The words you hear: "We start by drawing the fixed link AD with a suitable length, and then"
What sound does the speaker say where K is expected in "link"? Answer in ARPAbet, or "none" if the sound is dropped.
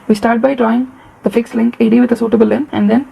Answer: K